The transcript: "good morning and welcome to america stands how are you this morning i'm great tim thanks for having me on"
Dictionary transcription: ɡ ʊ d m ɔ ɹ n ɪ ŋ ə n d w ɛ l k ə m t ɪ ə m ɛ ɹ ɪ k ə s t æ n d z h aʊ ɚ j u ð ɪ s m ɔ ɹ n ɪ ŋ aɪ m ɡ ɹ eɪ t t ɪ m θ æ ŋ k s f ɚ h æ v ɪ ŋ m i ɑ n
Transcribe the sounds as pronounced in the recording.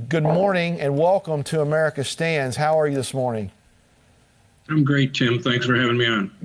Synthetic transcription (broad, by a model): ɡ ʊ d m ɔ ɹ n ɪ ŋ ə n w ɛ l k ə m t ɪ ə m ɛ ɹ ɪ k ə s t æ n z h aʊ ɚ j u ð ɪ s m ɔ ɹ n ɪ ŋ aɪ m ɡ ɹ eɪ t t ɪ m θ æ ŋ k s f ɚ h æ v ɪ ŋ m i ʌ n